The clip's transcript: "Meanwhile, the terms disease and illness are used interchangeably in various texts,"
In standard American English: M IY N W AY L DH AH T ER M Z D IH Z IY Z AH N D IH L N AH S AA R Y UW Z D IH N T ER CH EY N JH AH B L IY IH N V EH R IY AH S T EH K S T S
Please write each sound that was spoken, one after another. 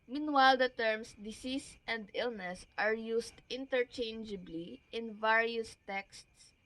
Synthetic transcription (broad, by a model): M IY N W AY L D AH T ER M S D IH S IY S AH N D IH L N AH S AA R Y UW S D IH N T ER CH EY N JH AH B L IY IH N V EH R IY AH S T EH K S T S